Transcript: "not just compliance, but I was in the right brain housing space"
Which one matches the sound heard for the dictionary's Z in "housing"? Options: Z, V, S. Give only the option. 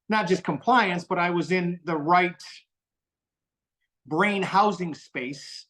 Z